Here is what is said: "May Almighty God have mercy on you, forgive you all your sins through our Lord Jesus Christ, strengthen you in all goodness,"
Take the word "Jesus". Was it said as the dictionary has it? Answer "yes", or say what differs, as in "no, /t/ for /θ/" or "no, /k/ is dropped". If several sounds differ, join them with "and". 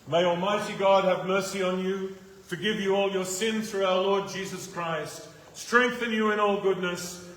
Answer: yes